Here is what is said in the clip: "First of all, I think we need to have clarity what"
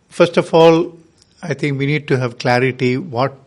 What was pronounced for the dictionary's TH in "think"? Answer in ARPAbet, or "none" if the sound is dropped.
T